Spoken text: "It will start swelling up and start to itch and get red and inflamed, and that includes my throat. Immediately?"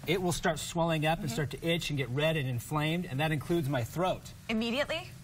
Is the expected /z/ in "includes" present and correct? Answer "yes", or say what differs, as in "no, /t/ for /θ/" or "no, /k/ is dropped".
yes